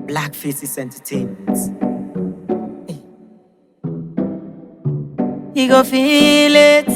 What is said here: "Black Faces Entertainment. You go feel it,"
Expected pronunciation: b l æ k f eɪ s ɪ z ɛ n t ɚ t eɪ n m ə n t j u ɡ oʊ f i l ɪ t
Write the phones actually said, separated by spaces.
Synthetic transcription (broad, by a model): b l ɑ k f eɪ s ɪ s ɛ n t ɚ t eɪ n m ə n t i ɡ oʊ f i l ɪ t